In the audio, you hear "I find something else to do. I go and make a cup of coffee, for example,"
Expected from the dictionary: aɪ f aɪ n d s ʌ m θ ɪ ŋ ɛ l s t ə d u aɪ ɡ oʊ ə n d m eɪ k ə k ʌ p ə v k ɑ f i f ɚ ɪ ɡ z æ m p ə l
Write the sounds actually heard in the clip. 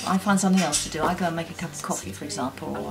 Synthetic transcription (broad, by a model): aɪ f aɪ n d s ʌ m θ ɪ ŋ ɛ l s t ə d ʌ aɪ ɡ oʊ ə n m eɪ k ə k ʌ p ə v k ɑ f i f ɚ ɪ ɡ z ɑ m p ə l